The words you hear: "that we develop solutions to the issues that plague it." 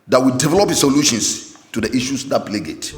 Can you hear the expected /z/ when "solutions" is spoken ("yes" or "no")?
no